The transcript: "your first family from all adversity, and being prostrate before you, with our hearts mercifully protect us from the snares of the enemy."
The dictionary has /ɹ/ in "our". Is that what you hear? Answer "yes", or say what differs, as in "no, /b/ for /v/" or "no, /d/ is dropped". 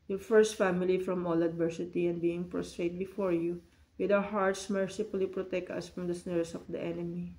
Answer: no, /w/ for /ɹ/